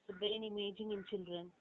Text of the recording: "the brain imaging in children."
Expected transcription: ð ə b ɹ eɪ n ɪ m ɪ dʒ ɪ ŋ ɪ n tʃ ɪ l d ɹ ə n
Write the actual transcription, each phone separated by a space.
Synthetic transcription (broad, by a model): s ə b eɪ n ɪ m ɪ dʒ ɪ ŋ ɪ n tʃ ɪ l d ɹ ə n